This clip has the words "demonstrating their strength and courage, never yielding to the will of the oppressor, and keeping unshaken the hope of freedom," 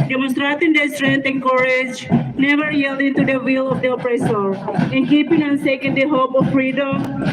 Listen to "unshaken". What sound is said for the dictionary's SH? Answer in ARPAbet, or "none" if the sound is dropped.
S